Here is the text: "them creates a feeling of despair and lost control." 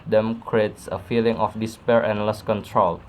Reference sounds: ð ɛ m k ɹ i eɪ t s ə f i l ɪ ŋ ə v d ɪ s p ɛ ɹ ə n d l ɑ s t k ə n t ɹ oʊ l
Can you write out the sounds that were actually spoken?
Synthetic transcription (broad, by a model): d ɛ m k ɹ i eɪ t s ə f i l ɪ ŋ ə f d ɪ s p ɛ ɹ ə n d l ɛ s k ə n t ɹ oʊ l